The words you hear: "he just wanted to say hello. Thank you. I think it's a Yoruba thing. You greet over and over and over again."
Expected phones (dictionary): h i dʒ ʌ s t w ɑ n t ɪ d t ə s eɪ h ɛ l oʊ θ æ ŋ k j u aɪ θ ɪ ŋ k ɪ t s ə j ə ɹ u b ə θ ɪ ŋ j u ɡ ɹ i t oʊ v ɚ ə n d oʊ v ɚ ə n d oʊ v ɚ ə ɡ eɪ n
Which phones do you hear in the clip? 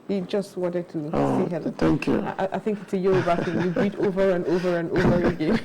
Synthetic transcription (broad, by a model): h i dʒ ʌ s t w ɑ n t ɪ d t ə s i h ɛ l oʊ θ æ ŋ k j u aɪ θ ɪ ŋ k ɪ t s ə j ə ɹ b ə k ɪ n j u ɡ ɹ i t oʊ v ɚ ə n d oʊ v ɚ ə n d oʊ v ɚ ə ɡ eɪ